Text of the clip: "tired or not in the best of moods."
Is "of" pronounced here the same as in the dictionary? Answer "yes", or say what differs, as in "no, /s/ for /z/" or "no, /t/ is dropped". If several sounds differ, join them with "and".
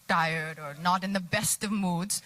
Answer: yes